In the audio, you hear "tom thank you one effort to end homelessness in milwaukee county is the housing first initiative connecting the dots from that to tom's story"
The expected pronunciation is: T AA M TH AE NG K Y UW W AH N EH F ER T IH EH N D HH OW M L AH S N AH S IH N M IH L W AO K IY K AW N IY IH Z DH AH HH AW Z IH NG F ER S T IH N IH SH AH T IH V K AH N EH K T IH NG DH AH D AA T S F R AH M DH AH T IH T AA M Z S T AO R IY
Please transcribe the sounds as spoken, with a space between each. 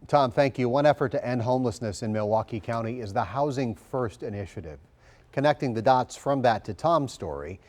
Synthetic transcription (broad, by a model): T AA M TH AE NG K Y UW W AH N EH F ER T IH EH N D HH OW M L AH S N AH S IH N M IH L W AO K IY K AW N IY IH Z DH AH HH AW Z IH NG F ER S T IH N IH SH AH T IH V K AH N EH K T IH NG DH AH D AA T S F R AH M DH AH T IH T AA M S T AO R IY